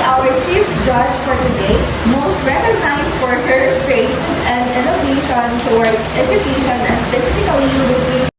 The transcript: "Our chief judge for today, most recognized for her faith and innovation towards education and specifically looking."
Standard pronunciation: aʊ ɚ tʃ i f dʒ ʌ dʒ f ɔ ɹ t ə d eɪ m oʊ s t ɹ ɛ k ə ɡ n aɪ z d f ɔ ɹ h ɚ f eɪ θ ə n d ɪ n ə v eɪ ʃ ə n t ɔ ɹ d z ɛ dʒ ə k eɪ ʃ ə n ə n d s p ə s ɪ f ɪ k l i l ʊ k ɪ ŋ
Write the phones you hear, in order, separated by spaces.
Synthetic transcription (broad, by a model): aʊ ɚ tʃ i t dʒ ʌ dʒ f ɔ ɹ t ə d eɪ m oʊ s t ɹ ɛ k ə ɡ n aɪ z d f ɔ ɹ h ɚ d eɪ t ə n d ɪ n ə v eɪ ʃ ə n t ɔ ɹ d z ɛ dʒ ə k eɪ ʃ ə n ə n s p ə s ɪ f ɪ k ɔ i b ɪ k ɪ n